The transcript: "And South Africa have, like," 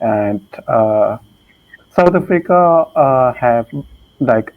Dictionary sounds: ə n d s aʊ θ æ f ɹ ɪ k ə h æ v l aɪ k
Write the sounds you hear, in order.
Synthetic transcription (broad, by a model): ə n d s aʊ t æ f ɹ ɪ k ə h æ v l aɪ k